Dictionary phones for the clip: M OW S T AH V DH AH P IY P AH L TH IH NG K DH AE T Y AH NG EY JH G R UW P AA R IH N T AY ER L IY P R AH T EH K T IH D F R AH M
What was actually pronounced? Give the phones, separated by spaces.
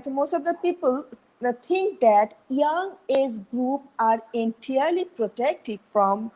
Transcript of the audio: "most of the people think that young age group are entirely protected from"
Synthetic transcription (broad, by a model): M OW S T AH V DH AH P IY P AH L T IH NG K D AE T Y AH NG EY Z G R UW P AA R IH N T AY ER L IY P R AH T EH K T IH D F R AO M